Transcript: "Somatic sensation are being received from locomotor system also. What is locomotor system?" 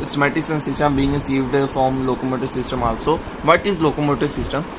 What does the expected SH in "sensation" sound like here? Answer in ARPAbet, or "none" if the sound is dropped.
S